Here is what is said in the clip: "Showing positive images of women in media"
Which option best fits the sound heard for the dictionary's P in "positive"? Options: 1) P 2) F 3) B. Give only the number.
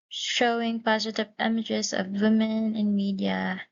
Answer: 1